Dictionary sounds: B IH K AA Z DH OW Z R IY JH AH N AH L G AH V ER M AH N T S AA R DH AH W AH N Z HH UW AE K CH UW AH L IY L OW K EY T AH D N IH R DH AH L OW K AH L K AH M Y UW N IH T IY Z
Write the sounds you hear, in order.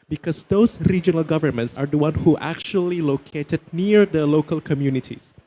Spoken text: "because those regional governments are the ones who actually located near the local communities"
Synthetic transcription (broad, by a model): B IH K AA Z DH OW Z R IY JH AH N AH L G AH V ER M AH N T S AA R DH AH W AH N HH UW AE K CH UW AH L IY L OW K EY T AH D N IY R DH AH L OW K AH L K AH M Y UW N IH T IY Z